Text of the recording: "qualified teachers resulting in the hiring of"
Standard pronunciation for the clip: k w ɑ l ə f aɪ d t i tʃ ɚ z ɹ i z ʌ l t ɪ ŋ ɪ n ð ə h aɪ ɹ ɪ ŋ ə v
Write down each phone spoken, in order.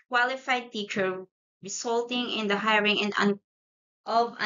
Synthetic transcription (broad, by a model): k w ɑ l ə f aɪ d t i tʃ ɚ ɹ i s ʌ l t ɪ ŋ ɪ n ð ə h aɪ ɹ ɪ ŋ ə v